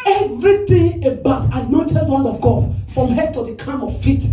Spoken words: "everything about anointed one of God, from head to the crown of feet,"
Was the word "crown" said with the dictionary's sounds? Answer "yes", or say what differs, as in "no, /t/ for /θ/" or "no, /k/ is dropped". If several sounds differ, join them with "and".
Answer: no, /ɹ/ is dropped